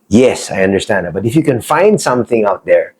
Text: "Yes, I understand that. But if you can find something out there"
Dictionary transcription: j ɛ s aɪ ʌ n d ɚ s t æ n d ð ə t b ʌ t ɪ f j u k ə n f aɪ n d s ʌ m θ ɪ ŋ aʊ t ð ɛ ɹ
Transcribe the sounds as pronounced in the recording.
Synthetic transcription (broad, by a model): j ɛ s aɪ ʌ n d ɚ s t æ n d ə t b ʌ t ɪ f j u k ə n f aɪ n d s ʌ m θ ɪ ŋ aʊ t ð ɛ ɹ